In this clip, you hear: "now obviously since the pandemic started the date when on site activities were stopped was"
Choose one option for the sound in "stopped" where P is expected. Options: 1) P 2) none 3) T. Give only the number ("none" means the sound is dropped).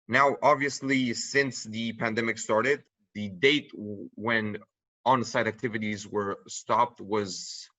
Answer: 1